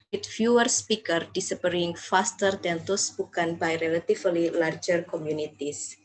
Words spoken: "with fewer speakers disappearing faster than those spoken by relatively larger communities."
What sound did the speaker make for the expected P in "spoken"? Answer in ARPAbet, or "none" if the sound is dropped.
B